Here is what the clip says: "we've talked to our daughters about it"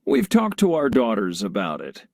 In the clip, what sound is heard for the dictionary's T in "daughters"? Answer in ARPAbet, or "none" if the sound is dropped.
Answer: T